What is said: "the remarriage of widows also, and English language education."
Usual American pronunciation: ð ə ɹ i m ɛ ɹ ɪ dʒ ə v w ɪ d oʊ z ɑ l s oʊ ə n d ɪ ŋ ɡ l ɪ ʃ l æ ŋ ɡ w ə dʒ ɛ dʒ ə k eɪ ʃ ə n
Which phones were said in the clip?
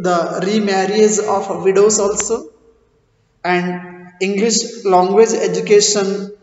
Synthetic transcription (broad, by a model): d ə ɹ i m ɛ ɹ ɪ z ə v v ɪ d oʊ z ɑ l s oʊ ə n d ɪ ŋ ɡ l ɪ ʃ l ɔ ŋ ɡ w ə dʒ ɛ dʒ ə k eɪ ʃ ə n